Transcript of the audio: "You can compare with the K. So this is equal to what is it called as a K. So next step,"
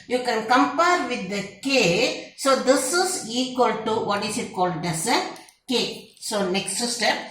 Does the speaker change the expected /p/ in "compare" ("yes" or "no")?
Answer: no